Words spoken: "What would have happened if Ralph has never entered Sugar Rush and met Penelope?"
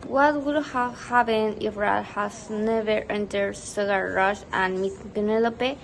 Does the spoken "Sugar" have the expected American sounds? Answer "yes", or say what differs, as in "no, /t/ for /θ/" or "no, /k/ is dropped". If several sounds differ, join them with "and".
no, /s/ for /ʃ/